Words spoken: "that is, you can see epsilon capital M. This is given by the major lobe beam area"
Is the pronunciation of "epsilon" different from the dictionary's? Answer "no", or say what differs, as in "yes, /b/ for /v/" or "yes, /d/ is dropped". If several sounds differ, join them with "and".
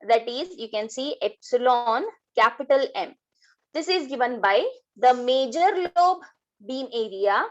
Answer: no